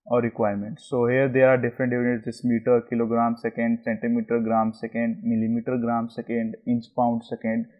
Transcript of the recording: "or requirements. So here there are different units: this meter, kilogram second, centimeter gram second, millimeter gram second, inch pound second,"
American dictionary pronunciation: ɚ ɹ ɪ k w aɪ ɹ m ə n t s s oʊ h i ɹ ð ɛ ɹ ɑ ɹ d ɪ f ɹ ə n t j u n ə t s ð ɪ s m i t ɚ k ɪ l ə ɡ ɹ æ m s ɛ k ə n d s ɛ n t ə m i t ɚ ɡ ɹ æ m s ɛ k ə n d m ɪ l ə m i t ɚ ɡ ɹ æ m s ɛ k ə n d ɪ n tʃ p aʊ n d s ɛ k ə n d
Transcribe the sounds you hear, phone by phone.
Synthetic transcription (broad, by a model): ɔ ɹ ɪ k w aɪ ɹ m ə n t s s oʊ h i ɹ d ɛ ɹ ɑ ɹ d ɪ f ɹ ə n t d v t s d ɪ s m i t ɚ k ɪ l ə ɡ ɹ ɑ m s ɛ k ə n d s ɛ n t ə m i t ɚ ɡ ɹ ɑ m s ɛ k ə n d m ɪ l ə m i t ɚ ɡ ɹ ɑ m s ɛ k ə n d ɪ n s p aʊ n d s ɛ k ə n d